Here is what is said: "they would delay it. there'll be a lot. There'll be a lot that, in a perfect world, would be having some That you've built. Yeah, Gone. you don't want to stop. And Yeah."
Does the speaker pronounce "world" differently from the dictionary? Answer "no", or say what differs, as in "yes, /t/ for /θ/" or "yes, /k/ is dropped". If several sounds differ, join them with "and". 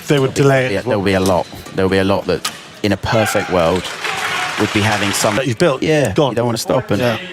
no